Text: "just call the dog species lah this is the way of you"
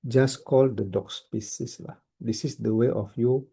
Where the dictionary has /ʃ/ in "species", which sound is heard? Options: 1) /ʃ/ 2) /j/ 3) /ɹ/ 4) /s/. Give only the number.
4